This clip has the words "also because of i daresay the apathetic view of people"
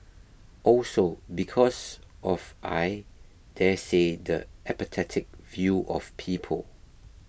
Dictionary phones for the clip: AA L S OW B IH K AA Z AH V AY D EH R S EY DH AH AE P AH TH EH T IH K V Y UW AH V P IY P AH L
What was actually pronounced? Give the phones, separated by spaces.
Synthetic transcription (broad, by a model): AA L S OW B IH K AA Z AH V AY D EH S EY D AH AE P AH T EH T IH K V Y UW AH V P IY P AH L